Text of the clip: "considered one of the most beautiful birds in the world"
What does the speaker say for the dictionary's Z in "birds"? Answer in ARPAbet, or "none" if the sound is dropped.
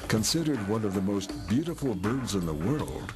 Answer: Z